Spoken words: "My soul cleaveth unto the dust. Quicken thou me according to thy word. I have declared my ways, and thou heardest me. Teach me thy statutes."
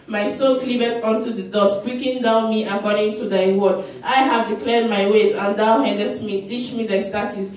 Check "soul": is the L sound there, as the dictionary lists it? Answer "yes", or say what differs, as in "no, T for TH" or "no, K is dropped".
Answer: no, N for L